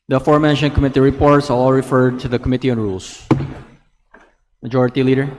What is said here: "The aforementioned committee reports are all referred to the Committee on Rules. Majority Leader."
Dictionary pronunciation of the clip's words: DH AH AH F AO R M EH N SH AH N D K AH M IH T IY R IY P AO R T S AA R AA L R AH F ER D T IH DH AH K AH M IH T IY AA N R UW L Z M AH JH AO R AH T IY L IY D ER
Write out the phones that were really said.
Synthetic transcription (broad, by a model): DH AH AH F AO R M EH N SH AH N K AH M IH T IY R IY P AO R T S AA L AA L R AH F ER D T IH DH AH K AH M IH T IY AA N R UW L S M AH JH AO R AH T IY L IY D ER